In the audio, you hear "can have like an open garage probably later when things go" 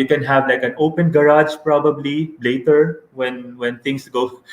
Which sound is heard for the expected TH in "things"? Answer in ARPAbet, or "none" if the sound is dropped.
T